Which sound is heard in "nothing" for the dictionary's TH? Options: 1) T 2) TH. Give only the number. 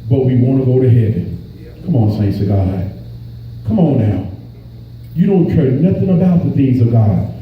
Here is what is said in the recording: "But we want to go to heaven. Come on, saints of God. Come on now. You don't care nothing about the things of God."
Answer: 2